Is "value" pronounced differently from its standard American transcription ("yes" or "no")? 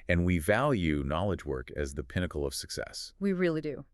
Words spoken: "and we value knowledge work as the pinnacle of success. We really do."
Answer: no